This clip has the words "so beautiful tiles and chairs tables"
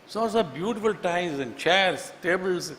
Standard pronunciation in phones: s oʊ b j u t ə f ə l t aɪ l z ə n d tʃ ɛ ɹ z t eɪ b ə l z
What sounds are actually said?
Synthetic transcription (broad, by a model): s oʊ b j u t ə f ə l t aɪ z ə n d tʃ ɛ ɹ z t eɪ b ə l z